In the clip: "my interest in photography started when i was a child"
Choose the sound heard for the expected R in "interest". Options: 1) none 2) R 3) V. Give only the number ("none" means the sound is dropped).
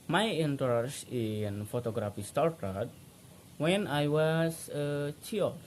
1